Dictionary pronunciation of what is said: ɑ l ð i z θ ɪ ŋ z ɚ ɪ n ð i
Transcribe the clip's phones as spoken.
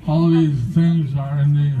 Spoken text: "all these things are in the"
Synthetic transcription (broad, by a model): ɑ l ð i z θ ɪ ŋ z ɚ ɪ n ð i